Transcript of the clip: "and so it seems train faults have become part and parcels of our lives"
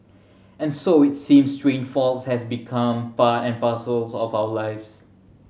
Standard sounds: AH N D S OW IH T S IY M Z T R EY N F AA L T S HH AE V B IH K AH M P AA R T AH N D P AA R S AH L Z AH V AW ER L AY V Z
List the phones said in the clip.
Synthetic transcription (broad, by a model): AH N S OW IH T S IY M S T R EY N F AA L T S HH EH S B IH K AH M P AA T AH N P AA S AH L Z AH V AW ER L AY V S